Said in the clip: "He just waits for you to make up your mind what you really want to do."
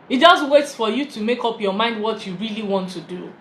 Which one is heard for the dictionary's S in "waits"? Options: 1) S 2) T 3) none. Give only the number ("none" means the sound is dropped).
3